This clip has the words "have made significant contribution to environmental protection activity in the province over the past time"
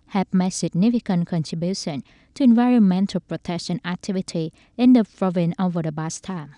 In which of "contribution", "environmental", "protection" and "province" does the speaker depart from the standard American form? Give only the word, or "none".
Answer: province